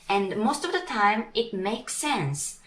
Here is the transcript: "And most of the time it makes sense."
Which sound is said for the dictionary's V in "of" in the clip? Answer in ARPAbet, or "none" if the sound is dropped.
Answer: V